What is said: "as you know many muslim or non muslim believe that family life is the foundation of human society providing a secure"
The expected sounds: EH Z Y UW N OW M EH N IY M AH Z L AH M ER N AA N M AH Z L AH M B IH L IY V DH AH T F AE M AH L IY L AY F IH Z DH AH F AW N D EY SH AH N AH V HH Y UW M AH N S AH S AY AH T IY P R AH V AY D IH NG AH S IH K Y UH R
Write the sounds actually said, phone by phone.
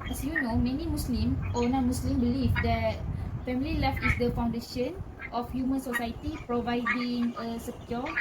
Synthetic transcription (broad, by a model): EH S Y UW N OW M EH N IY M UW S L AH M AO N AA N M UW S L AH M B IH L IY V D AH T F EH M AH L IY L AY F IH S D AH F AW N D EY SH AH N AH F HH Y UW M AH N S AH S AY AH T IY P R AH V AY D IH NG AH S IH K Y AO